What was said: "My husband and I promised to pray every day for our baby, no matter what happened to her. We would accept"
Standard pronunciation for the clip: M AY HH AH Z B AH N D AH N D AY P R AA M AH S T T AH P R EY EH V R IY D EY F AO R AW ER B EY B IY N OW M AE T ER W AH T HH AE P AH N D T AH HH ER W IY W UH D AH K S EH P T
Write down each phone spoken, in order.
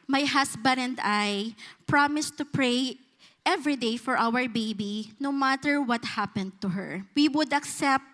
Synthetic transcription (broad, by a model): M AY HH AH S B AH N AH N D AY P R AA M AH S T T AH P R EY EH V R IY D EY F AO R AW ER B EY B IY N OW M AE T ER W AH T HH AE P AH N D T AH HH ER W IY W UH D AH K S EH P T